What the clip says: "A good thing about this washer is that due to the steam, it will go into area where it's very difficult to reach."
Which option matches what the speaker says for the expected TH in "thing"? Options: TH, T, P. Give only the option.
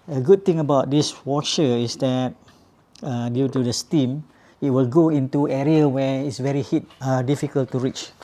T